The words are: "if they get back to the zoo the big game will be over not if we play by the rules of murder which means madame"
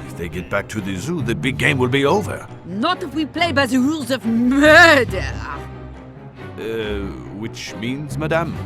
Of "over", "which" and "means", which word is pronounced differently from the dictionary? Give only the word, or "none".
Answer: none